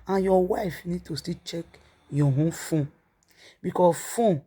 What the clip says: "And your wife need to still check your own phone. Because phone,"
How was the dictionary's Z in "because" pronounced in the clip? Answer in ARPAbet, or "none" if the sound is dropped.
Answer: none